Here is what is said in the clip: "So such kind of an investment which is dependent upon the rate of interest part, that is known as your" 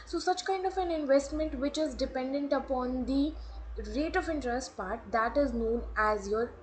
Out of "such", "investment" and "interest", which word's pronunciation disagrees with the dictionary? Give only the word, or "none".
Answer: none